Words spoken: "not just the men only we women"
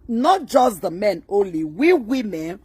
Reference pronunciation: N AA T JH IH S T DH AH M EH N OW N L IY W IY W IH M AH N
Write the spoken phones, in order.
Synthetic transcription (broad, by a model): N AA T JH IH S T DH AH M EH N OW N L IY W IY W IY M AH N